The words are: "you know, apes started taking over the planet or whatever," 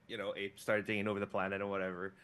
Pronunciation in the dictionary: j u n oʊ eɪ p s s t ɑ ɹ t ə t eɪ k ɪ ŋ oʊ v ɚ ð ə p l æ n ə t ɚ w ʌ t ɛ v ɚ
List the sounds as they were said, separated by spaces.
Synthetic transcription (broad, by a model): j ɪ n oʊ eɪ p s s t ɑ ɹ t ə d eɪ ɪ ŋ oʊ v ɚ ð ə p l æ n ə t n w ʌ t ɛ v ɚ